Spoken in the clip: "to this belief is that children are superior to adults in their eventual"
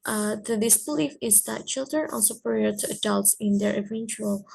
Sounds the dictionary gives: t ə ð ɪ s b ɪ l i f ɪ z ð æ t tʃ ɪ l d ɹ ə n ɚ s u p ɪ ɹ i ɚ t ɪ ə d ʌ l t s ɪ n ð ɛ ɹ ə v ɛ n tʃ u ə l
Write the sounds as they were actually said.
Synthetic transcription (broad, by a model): t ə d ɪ s b ɪ l i f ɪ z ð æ t tʃ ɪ l d ɹ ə n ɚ s u p ɪ ɹ i ɚ t ɪ ə d ʌ l t s ɪ n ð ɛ ɹ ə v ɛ n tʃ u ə l